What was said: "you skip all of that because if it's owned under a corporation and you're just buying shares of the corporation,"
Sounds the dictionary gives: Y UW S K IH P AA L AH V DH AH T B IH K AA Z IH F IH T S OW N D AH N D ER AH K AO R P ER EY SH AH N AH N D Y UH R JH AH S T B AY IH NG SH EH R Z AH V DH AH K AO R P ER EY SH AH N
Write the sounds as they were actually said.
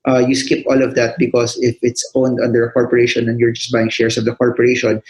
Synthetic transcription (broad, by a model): Y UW S K IH P AA L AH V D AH T B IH K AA S IH F IH T S OW N D AH N D ER AH K AO R P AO EY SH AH N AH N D Y UH R JH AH S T B AY IH NG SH EH R S AH V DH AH K AO R P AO EY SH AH N